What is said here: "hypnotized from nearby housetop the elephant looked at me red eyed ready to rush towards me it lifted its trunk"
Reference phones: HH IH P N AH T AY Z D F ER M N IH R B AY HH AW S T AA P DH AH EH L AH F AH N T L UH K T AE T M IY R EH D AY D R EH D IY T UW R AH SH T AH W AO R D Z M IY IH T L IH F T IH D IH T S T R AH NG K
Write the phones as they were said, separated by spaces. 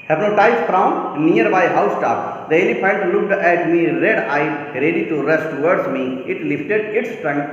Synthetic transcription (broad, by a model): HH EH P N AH T AY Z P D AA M N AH R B AY HH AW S T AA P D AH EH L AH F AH N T L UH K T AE T M IY R EH D AY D R EH D IY T UW R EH S T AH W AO R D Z M IY IH T L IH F T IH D IH T S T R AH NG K